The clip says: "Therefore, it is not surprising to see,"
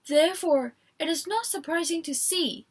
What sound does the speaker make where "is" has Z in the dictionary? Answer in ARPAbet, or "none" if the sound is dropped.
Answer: Z